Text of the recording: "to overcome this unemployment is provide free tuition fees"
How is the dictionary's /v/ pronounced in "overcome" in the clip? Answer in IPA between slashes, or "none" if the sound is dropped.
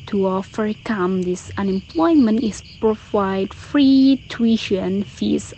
/f/